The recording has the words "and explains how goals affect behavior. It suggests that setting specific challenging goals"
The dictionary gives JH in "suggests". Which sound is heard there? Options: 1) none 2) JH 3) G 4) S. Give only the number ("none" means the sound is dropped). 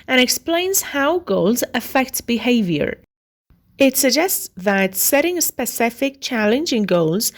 2